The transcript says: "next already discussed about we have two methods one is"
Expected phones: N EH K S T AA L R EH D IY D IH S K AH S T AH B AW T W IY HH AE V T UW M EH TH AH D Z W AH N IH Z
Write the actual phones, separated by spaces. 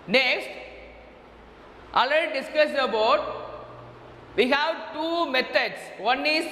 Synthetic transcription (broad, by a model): N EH K S T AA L AH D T D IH S K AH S AH B AW T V IY HH AE V T UW M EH T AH D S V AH N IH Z